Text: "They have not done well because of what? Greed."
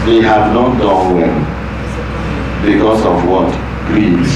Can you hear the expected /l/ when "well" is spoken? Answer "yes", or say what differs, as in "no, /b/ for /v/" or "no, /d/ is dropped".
no, /n/ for /l/